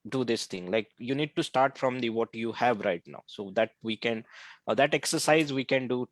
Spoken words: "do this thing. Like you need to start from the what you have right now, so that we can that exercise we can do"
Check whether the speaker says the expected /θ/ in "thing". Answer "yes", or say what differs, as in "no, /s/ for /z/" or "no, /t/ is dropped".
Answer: no, /t/ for /θ/